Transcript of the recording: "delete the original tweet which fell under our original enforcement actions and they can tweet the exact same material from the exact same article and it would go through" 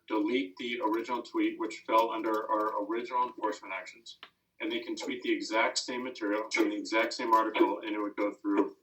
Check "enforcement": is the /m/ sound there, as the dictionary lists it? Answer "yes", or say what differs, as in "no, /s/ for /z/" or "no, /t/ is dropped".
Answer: no, /m/ is dropped